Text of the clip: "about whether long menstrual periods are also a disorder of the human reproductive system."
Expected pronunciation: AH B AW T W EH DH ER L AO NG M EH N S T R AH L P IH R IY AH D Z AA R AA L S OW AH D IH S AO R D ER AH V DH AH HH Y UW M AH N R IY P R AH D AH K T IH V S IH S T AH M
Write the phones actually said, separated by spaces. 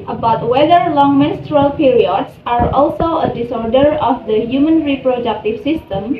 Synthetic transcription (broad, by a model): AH B AW T W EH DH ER L AO NG M EH N S T R AH L P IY R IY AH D S AA R AA L S OW AH D IH S AO R D ER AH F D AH HH Y UW M AH N R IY P R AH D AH K T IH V S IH S T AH M